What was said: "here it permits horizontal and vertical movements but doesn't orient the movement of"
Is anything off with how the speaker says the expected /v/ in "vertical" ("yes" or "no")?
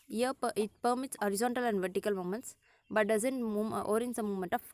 no